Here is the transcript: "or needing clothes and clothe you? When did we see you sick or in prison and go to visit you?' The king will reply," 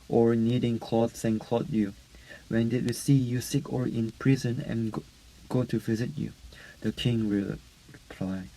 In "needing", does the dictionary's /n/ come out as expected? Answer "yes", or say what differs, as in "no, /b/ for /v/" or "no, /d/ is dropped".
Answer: yes